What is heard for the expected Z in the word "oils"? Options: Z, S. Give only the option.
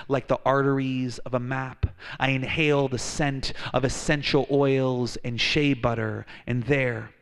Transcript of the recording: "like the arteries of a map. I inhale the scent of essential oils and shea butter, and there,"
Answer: Z